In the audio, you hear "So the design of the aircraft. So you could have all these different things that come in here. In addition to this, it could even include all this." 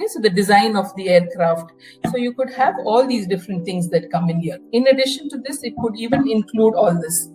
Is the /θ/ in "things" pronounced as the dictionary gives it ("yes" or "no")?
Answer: no